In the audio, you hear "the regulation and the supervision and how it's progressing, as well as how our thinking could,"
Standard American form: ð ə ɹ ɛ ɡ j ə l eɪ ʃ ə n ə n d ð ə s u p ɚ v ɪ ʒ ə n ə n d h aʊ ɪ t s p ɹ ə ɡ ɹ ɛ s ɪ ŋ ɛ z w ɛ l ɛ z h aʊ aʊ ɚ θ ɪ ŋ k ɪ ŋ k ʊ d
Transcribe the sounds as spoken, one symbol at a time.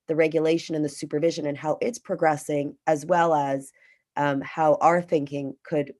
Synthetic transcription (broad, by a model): ð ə ɹ ɛ ɡ j ə l eɪ ʃ ə n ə n ð ə s u p ɚ v ɪ ʒ ə n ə n h aʊ ɪ t s p ɹ ə ɡ ɹ ɛ s ɪ ŋ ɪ z w ɛ l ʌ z h aʊ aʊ ɚ θ ɪ ŋ k ɪ ŋ k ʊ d